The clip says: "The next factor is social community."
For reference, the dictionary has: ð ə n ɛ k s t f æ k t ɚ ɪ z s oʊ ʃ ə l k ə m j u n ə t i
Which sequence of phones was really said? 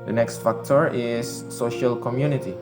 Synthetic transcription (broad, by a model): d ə n ɛ k s t f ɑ k t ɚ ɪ s oʊ ʃ ə l k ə m j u n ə t i